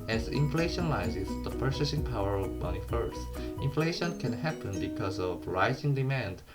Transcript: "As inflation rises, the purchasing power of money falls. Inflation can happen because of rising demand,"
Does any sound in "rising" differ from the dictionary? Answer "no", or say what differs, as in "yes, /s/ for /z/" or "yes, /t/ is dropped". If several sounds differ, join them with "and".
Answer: no